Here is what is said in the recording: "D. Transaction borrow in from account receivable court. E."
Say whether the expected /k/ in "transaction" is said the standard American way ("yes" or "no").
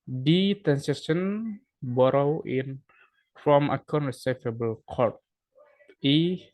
no